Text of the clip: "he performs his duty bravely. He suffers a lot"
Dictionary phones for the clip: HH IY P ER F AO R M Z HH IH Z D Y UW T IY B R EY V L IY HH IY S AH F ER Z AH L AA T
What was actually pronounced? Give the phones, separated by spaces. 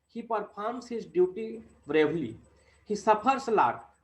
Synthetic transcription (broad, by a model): HH IY P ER P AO R M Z HH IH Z D Y UW T IY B R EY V L IY HH IY S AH P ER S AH L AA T